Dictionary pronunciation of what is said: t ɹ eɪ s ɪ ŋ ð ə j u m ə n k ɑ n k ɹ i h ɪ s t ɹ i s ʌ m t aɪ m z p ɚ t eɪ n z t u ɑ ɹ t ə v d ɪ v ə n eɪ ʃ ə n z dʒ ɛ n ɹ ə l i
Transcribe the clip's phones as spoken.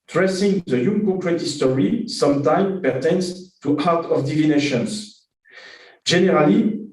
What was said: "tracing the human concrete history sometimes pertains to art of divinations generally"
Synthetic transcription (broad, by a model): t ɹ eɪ s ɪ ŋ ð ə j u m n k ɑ k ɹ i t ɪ s t ɹ i s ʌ m t aɪ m p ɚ t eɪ n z t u ɑ ɹ t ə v d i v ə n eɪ ʃ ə n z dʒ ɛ n ɹ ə l i